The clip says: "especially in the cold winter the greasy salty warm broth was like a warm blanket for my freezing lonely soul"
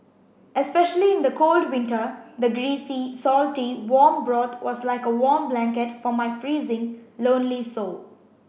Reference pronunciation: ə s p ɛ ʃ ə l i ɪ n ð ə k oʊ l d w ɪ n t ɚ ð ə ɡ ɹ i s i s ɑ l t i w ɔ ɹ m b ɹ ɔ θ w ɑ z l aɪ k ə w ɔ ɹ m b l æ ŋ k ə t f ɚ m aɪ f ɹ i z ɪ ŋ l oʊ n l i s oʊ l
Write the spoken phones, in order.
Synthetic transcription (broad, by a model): ə s p ɛ ʃ ə l i ɪ n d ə k oʊ l d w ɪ n t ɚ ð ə ɡ ɹ i s i s ɑ l t i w ɔ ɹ m b ɹ ɔ t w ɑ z l aɪ k ə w ɔ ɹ m b l æ ŋ k ə t f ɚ m aɪ f ɹ i z ɪ ŋ l oʊ n l i s oʊ